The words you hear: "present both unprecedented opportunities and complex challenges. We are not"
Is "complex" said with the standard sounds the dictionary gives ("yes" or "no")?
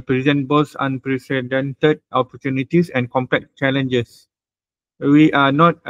no